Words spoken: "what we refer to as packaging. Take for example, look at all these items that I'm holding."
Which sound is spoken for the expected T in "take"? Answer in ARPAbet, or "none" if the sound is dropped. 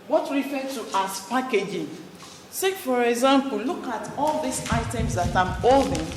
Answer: S